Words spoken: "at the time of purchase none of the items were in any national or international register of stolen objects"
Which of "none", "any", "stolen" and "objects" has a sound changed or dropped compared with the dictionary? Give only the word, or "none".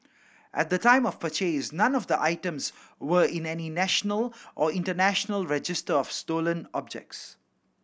none